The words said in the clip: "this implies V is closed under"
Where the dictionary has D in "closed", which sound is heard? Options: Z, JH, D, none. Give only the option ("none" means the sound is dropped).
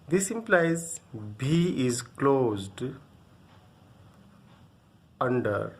D